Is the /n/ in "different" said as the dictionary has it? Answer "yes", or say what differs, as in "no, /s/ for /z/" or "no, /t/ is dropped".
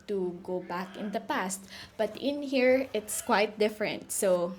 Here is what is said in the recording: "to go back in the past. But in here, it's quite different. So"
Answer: yes